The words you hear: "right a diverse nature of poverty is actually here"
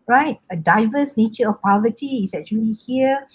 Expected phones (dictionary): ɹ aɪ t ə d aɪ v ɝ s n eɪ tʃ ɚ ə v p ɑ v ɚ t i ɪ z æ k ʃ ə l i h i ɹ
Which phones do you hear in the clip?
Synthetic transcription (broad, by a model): ɹ aɪ t ə d aɪ v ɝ s n eɪ tʃ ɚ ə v p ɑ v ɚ t i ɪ s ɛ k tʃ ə l i h i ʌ